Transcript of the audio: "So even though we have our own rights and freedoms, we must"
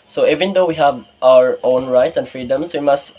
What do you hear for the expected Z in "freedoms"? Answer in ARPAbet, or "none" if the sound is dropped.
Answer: S